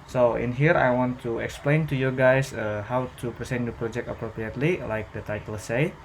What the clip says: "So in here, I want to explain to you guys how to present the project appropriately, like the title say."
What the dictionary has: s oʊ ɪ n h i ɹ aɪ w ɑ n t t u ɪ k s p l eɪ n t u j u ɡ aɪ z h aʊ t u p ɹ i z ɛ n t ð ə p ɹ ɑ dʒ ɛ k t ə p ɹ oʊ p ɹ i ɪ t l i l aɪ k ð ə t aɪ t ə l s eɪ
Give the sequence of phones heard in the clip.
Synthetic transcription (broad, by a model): s oʊ ɪ n h i ɹ aɪ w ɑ n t t u ɪ k s p l eɪ n t u j u ɡ aɪ s h aʊ t u p ɹ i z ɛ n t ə p ɹ ɑ dʒ ɛ k t ə p ɹ oʊ p ɹ i ɪ t l i l aɪ k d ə t aɪ t ə l s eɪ